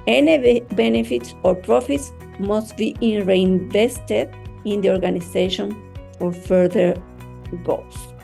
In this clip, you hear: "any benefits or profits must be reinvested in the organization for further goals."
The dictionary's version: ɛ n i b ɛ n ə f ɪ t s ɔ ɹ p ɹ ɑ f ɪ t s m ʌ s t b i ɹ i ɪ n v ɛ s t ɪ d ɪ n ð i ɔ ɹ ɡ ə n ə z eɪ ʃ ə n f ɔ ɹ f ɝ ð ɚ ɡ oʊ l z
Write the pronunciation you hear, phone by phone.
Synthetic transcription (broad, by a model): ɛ n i b ɛ n ə f ɪ t s ɔ ɹ p ɹ ɑ f ɪ t s m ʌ s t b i ɹ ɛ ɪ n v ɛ s t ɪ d ɪ n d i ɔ ɹ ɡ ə n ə s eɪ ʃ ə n f ɔ ɹ f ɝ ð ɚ ɡ oʊ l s